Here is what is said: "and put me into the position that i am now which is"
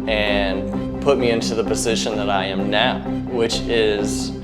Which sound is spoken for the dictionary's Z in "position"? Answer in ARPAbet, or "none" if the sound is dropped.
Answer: Z